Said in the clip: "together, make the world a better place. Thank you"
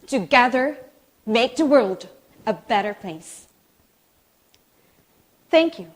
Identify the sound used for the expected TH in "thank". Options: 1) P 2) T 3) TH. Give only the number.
3